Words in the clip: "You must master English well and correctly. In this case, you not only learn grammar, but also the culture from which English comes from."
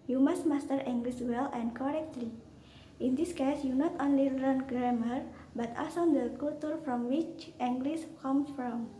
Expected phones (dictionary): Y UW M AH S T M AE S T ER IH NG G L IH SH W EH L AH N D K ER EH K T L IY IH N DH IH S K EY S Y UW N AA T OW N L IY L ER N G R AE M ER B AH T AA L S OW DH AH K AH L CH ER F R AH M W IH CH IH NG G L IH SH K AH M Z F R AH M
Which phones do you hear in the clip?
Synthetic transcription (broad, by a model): Y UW M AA S T M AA S T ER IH NG G L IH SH W EH L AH N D K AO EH K T L IY IH N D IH S K EY S Y UW N AA T OW N L IY L ER N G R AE M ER B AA T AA S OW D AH K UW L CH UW F R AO M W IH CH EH NG G L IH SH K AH M S F R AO M